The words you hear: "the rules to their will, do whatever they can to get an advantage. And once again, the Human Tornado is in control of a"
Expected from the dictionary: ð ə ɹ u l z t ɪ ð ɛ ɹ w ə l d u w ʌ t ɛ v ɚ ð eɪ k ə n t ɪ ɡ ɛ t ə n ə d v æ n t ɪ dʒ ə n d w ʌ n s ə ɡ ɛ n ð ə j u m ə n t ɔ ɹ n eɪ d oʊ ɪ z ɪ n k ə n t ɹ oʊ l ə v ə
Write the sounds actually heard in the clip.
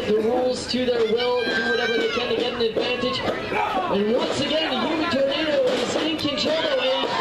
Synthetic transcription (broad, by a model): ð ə ɹ u l z t ɪ ð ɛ ɹ w ə l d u w ʌ t ɛ v ɚ ð eɪ k ə n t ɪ ɡ ɛ t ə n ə d v æ n t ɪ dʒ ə n w ʌ n s ə ɡ ɛ n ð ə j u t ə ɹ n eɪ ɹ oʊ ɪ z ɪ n k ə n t oʊ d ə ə